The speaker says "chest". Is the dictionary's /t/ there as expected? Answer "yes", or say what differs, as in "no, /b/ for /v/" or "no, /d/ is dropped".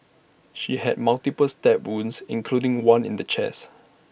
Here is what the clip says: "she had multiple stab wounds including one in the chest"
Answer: no, /t/ is dropped